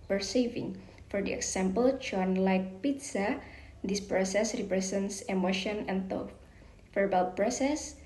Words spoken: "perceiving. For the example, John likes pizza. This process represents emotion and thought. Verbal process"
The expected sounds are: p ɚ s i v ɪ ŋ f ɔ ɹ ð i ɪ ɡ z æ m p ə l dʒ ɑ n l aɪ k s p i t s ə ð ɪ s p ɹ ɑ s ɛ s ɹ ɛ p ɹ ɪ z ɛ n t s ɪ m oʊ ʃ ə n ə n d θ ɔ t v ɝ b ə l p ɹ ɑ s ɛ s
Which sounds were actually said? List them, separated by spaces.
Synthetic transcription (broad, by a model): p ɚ s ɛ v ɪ ŋ f ɔ ɹ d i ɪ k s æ m p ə l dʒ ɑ n l aɪ k p i t s ə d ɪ s p ɹ ɑ s ɛ s ɹ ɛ p ɹ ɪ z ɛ n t s ɪ m oʊ ʃ ə n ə n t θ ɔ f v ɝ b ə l p ɹ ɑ s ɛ s